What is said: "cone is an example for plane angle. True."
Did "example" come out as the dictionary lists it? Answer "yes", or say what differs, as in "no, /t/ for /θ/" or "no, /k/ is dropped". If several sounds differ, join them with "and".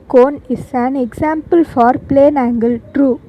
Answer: no, /s/ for /z/